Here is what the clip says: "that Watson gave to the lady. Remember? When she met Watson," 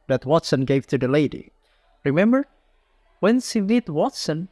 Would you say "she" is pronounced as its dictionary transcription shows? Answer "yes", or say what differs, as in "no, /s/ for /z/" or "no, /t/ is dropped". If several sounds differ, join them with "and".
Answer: no, /s/ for /ʃ/